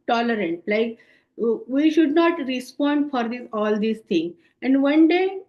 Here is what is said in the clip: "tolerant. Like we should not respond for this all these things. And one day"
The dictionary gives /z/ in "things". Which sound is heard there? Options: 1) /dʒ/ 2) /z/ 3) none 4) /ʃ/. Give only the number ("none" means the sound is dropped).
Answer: 3